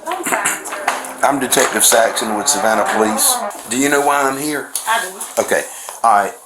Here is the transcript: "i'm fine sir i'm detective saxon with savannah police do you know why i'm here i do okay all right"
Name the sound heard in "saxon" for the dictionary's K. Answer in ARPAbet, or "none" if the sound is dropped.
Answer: K